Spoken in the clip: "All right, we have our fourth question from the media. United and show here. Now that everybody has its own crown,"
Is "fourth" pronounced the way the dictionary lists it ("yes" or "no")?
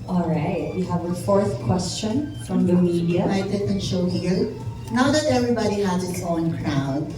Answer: yes